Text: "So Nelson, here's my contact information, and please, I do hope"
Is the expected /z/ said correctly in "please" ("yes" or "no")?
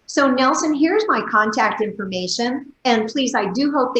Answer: yes